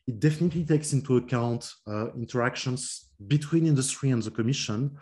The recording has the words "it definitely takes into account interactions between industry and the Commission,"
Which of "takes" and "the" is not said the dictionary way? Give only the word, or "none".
none